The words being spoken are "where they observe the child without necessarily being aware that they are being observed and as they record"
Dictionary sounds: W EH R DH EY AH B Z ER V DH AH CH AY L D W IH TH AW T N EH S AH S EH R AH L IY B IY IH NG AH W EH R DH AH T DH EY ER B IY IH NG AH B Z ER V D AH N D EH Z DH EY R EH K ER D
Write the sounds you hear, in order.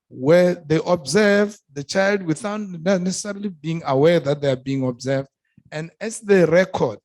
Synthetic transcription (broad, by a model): W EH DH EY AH B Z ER V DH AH CH AY L D W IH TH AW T N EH S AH S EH R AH L IY B IY IH NG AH W EH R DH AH T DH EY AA B IY IH NG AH B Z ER V D AH N D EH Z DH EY R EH K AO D